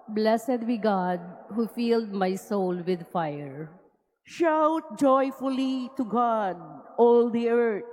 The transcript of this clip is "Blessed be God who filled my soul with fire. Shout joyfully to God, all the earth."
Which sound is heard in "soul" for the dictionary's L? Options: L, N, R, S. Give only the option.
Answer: L